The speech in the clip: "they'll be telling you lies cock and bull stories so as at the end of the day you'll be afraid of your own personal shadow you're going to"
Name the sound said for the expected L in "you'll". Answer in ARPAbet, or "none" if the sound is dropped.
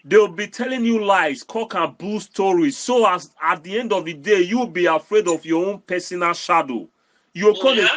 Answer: W